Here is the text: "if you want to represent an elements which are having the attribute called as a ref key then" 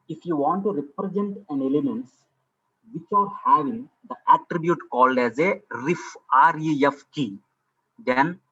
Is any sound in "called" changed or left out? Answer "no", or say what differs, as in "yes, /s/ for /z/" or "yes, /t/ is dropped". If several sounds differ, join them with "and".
no